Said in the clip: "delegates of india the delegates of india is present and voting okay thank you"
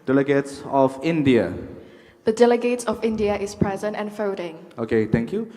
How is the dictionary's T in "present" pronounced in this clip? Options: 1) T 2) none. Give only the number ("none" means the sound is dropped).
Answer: 1